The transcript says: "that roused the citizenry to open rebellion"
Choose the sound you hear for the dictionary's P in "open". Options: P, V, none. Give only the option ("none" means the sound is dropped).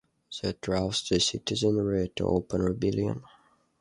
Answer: P